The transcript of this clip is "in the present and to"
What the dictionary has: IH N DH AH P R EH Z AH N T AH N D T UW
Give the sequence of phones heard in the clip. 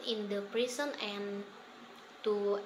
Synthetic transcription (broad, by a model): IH N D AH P R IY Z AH N AH N T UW